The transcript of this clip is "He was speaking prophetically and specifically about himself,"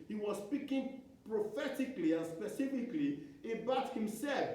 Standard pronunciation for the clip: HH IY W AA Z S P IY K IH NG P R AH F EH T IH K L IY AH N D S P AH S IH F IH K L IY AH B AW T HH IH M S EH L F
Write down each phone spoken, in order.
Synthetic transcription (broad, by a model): HH IY W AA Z S P IY K IH NG P R AH F EH T IH K L IY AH N S P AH S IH F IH K L IY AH B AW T HH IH M S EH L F